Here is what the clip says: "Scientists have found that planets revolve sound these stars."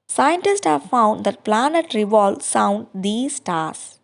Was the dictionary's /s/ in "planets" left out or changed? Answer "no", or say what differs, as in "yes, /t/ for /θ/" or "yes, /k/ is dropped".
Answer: yes, /s/ is dropped